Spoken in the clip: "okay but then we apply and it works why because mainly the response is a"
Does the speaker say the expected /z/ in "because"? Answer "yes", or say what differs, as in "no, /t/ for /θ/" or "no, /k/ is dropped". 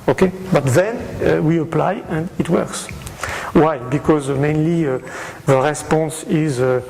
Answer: yes